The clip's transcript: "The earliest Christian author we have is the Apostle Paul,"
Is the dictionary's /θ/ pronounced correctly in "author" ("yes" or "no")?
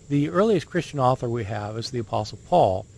yes